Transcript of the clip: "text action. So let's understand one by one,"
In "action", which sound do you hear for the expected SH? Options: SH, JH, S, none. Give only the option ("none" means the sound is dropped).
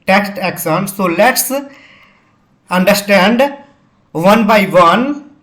S